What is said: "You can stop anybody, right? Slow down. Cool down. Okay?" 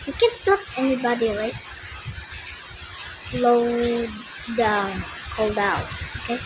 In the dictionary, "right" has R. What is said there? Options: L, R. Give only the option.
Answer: L